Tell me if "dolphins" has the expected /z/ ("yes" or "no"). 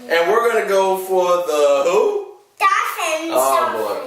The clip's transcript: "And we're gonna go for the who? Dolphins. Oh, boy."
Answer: no